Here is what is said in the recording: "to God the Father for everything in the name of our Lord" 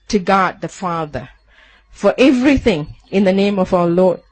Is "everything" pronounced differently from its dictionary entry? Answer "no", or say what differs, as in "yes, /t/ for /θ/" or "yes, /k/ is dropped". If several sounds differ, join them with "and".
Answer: no